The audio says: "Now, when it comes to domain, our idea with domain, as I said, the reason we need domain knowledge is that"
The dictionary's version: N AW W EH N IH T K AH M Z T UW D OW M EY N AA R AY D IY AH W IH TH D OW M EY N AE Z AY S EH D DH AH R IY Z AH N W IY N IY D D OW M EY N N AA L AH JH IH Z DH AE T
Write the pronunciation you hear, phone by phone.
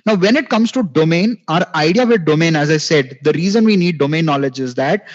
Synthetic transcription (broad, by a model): N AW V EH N IH T K AH M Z T UW D OW M EY N AA R AY D IY AH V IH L D OW M EY N AE Z AY S EH D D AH R IY Z AH N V IY N IY D D OW M EY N N AA L AH JH IH Z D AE T